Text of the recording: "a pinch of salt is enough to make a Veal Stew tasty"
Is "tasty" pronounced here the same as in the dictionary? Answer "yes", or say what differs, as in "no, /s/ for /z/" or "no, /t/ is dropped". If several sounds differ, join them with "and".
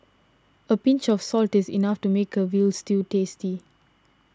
yes